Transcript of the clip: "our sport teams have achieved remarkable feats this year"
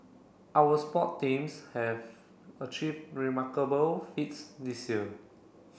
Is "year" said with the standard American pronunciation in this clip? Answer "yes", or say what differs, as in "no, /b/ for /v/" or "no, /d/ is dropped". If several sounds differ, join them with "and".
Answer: no, /l/ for /ɹ/